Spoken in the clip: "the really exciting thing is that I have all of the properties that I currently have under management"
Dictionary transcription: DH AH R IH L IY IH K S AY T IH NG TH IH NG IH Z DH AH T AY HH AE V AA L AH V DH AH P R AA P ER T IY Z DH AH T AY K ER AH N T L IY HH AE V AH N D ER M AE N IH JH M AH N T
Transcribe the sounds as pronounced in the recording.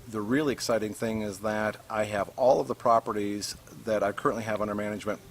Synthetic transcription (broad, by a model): DH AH R IH L IY IH K S AY T IH NG TH IH NG IH Z DH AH T AY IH V AA L AH V DH AH P R AA P ER T IY Z DH AH T AY K ER AH N T L IY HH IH V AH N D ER M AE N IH JH M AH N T